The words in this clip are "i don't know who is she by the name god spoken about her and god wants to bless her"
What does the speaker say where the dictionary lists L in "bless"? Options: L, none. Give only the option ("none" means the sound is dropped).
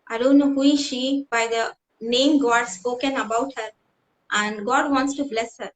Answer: L